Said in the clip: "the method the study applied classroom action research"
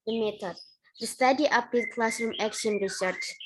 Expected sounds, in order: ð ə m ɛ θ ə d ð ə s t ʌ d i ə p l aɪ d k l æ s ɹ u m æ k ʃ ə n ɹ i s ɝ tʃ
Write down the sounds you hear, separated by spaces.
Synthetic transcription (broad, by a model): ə m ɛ t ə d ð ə s t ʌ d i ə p i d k l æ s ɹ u m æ k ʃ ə n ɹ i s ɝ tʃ